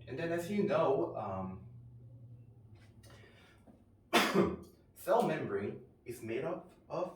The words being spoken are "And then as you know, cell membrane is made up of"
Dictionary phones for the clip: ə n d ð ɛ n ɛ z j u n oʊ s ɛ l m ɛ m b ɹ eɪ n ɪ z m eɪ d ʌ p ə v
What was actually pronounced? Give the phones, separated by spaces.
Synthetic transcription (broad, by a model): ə n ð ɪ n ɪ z j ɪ n oʊ s ɛ l m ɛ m b ɹ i ɪ z m eɪ d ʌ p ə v